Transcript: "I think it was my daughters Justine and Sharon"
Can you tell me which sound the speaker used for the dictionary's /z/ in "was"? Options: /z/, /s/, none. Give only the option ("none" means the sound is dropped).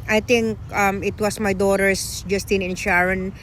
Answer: /s/